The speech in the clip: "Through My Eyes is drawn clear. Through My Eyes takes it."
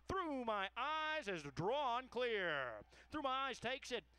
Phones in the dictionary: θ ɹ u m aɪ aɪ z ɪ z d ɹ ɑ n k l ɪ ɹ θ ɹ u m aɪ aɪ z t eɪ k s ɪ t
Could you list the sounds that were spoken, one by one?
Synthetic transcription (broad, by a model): θ ɹ u m aɪ aɪ z ɪ z d ɹ ɑ n k l ɪ ɹ θ ɹ u m aɪ aɪ z t eɪ k s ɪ t